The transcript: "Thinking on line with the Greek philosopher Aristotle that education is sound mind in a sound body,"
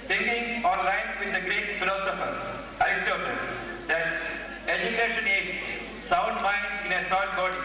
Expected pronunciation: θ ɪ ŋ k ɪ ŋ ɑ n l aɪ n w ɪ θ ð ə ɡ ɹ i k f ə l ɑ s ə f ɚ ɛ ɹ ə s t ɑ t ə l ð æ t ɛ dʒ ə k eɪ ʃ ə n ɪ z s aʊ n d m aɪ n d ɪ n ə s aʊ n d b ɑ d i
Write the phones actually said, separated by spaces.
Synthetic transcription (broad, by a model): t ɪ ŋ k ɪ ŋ ɑ n l aɪ n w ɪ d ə ɡ ɹ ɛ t f ə l ɑ s ə f ɚ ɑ ə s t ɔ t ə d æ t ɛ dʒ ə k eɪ ʃ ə n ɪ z s aʊ n d m aɪ n d ɪ n ə s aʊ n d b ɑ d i